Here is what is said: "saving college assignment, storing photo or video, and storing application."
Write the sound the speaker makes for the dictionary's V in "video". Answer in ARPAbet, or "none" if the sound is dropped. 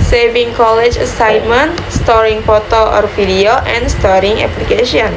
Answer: F